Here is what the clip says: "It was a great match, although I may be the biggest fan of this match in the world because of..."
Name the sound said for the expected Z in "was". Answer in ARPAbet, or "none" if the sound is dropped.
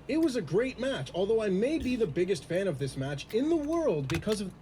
Z